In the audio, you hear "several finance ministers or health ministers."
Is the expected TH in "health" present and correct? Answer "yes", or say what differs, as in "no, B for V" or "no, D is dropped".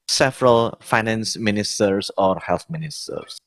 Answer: no, T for TH